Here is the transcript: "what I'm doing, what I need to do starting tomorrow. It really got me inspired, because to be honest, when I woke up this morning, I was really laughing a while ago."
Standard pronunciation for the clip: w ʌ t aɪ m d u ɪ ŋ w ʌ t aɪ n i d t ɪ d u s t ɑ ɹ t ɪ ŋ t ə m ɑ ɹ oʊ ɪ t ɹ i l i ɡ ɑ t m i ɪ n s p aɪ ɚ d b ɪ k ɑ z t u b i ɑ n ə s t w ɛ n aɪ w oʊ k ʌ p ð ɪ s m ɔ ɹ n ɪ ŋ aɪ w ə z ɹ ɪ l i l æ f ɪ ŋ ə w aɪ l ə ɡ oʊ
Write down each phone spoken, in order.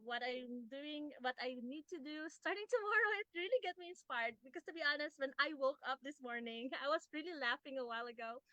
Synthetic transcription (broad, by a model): w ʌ t aɪ m d u ɪ ŋ w ʌ t aɪ n i d t ɪ d u s t ɑ ɹ t ɪ ŋ t ə m ɑ ɹ oʊ ɪ t ɹ i l i ɡ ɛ t m i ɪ n s p aɪ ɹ d b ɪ k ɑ s t u b i ɑ n ə s t w ɛ n aɪ w oʊ k ʌ p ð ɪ s m ɔ ɹ n ɪ ŋ aɪ w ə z ɹ ɪ l i l æ f ɪ ŋ ə w aɪ l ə ɡ oʊ